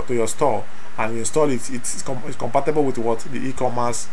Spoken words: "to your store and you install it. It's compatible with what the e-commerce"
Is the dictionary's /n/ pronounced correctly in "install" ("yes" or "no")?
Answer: yes